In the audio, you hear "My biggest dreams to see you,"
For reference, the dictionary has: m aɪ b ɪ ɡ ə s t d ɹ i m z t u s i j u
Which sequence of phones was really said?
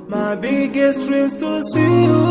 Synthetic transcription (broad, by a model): m aɪ b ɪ ɡ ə s t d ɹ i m s t u s i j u